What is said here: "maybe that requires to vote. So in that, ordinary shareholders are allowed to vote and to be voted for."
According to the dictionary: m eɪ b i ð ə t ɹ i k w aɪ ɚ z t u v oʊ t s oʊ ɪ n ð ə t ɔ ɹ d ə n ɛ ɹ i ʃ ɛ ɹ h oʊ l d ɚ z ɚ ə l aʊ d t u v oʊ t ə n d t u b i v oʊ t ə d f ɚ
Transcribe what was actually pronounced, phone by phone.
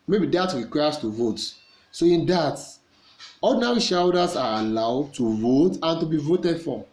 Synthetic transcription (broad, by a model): m eɪ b i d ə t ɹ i k w aɪ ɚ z t u v oʊ t s oʊ ɪ n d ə t ɔ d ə n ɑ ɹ i ʃ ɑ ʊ d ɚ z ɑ ə l aʊ d t u v oʊ t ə n t u b i v oʊ t ə d f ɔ